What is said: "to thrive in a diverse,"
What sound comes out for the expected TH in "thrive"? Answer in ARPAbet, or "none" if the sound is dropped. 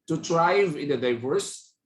T